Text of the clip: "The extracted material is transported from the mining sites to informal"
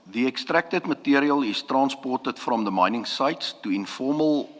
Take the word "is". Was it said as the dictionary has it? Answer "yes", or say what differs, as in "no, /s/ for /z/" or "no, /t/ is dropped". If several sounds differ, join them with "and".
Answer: no, /s/ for /z/